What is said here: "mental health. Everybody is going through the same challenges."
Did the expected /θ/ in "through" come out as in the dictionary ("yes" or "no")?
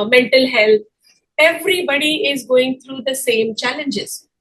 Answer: no